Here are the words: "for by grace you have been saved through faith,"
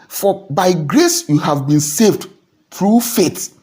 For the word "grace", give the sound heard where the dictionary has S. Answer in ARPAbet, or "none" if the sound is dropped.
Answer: S